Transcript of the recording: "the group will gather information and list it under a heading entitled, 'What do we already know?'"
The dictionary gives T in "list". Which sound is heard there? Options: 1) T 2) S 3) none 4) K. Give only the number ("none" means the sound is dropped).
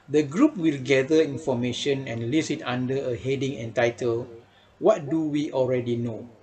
3